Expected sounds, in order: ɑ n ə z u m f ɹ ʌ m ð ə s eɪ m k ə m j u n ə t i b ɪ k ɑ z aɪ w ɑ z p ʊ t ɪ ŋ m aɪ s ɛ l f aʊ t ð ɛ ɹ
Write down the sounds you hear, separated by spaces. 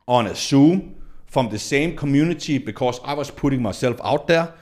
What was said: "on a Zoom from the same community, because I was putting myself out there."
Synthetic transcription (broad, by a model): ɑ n ə s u m f ɹ ʌ m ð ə s eɪ m k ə m j u n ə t i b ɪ k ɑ s aɪ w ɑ s p ʊ t ɪ ŋ m aɪ s ɛ l f aʊ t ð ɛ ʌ